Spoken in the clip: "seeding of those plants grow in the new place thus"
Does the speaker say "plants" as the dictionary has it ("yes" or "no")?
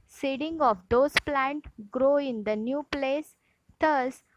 no